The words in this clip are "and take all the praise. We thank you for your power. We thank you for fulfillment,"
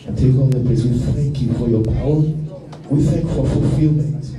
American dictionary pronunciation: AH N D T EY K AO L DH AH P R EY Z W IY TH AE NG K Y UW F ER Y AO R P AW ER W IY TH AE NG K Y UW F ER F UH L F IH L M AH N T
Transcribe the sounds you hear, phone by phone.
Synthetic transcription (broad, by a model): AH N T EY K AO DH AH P EY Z W IY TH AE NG K Y UW F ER Y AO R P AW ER W IY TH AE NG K F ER F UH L F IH L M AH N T